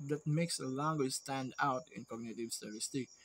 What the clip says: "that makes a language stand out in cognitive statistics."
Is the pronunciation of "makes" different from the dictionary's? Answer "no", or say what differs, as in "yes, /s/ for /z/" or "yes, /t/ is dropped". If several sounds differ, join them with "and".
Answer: no